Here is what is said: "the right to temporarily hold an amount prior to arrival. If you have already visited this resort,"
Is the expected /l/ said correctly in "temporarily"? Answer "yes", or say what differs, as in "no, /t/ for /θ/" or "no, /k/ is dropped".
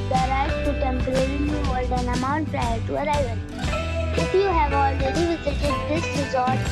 no, /n/ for /l/